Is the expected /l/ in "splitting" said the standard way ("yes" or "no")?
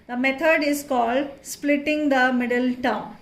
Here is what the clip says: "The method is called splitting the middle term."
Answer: yes